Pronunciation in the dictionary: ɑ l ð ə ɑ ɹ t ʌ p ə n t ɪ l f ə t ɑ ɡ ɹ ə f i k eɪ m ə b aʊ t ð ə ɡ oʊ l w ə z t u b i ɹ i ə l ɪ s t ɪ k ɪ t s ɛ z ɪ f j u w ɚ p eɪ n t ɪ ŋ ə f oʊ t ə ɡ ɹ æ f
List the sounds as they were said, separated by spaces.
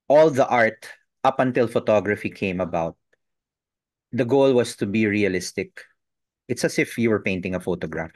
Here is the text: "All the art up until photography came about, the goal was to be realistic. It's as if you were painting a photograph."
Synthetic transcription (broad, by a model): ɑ l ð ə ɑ ɹ t ʌ p ə n t ɪ l f ə t ɑ ɡ ɹ ə f i k eɪ m ə b aʊ t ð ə ɡ oʊ l w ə s t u b i ɹ i ə l ɪ s t ɪ k ɪ t s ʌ s ɪ f j u w ɚ p eɪ n t ɪ ŋ ə f oʊ t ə ɡ ɹ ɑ f